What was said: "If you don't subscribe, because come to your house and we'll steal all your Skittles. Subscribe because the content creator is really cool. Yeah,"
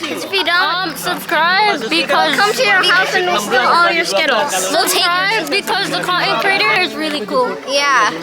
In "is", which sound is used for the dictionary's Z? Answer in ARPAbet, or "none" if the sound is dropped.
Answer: Z